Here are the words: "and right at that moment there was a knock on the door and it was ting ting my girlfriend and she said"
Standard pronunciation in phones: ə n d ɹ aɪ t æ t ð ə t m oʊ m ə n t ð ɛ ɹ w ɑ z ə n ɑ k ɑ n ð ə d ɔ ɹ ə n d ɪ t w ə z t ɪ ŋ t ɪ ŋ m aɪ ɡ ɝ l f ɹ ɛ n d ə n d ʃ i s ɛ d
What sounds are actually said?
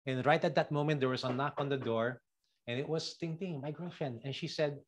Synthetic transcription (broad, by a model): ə n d ɹ aɪ t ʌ t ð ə t m oʊ m ə n t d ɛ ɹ w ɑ s ə n ɑ k ɑ n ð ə d ɔ ɹ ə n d ɪ t w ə s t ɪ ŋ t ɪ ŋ m aɪ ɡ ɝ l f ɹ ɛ n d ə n ʃ i s ɛ d